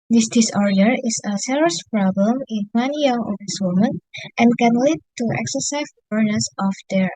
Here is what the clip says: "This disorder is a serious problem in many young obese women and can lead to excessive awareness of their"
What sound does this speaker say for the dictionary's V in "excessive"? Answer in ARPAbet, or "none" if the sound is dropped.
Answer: none